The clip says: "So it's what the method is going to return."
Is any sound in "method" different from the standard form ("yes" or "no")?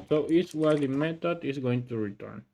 yes